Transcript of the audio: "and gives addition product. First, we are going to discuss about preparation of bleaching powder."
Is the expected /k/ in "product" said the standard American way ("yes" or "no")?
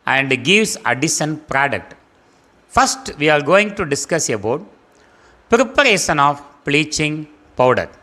yes